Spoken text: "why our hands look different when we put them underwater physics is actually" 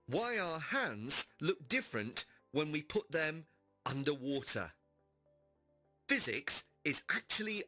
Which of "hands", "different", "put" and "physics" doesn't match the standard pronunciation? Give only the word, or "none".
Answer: none